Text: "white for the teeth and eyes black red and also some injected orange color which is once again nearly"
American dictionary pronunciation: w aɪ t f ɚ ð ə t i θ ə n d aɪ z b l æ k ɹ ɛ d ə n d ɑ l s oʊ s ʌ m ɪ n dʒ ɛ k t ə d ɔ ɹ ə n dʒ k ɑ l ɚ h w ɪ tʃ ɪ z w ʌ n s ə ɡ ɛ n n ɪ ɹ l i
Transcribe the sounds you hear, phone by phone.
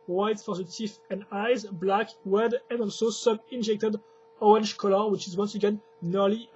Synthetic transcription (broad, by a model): w aɪ t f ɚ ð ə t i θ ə n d aɪ z b l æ k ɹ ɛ d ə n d ɑ l s oʊ s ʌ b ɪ n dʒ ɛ k t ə d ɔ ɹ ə n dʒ k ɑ l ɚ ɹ w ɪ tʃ ɪ z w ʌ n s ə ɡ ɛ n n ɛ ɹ l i